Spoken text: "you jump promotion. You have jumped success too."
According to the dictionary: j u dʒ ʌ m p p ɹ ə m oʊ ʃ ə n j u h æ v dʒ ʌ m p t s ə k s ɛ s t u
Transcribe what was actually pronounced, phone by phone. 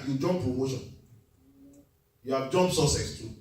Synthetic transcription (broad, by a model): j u dʒ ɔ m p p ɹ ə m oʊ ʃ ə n j u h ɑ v dʒ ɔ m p s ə s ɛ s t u